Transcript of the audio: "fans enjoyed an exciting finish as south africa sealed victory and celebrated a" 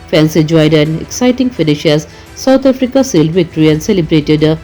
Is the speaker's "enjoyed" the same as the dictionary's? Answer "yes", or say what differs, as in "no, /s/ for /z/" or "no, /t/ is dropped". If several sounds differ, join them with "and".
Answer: no, /n/ is dropped